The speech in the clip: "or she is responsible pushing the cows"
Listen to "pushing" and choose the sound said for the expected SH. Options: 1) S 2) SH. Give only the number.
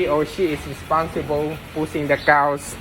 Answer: 1